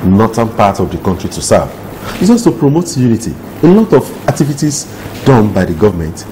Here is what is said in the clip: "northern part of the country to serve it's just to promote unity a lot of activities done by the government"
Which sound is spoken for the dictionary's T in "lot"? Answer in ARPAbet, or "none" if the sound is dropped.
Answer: T